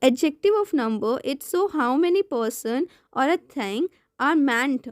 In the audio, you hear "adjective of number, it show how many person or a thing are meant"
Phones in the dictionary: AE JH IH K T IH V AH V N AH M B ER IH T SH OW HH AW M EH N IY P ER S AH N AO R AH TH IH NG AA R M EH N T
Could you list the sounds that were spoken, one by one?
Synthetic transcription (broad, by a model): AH JH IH K T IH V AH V N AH M B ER IH T S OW HH AW M EH N IY P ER S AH N AO R AH T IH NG AA R M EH N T